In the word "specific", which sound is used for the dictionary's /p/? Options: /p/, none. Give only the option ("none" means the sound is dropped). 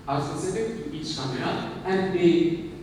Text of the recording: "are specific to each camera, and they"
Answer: none